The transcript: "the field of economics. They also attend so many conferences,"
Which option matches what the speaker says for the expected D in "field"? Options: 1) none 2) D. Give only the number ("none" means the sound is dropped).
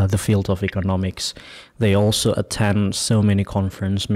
2